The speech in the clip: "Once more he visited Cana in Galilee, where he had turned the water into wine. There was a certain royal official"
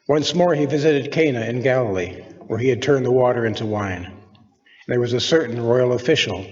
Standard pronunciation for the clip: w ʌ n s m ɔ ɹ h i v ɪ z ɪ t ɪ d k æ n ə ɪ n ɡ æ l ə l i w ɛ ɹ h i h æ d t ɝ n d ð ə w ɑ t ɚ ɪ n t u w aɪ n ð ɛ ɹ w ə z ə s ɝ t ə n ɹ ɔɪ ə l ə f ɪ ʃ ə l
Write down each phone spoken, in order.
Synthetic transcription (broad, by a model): w ʌ n s m ɔ ɹ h i v ɪ z ɪ t ɪ d k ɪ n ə ɪ n ɡ æ l ə l i w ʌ ɹ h i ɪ d t ɝ n ð ə w ɑ t ɚ ɪ n t u w aɪ n ð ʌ ɹ w ə z ə s ɝ t n ɹ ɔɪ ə l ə f ɪ ʃ l